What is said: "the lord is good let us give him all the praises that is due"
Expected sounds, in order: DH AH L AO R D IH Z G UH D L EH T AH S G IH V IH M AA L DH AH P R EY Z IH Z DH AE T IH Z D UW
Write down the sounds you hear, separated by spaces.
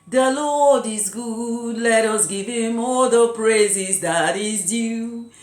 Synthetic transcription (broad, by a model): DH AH L AO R D IH Z G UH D L EH T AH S G IH V IH M AA L DH AH P R EY Z IH Z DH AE T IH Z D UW